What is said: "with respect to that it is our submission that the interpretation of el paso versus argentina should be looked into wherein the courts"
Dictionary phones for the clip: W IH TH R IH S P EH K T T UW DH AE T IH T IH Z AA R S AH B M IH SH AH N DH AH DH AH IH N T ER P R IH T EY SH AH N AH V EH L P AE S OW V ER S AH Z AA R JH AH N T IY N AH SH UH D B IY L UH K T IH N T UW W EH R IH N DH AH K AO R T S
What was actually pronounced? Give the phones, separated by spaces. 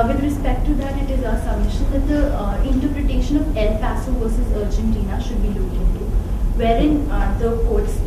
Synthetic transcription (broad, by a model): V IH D R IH S P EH K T T UW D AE T IH T IH Z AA S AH M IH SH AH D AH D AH IH N T ER P R IH T EY SH AH N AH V EH L P AE S OW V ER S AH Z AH R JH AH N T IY N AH SH UH D B IY L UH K IH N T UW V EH R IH N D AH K AO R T S